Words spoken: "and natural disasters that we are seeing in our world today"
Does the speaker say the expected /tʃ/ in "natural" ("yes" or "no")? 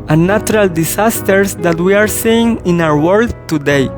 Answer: no